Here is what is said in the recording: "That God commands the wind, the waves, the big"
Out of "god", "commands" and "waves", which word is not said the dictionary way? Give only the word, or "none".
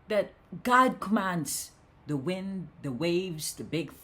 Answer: none